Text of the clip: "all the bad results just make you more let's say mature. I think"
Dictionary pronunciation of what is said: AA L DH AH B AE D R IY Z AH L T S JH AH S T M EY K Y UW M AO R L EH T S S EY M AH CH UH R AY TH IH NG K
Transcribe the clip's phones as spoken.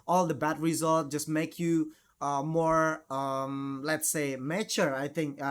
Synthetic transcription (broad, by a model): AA L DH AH B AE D R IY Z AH L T JH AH S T M EY K Y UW M AO R L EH T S S EY M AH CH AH R AY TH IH NG K